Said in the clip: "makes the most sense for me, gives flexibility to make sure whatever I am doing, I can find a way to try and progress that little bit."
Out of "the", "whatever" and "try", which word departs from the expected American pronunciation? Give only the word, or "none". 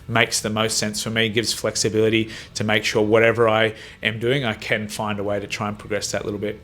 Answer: none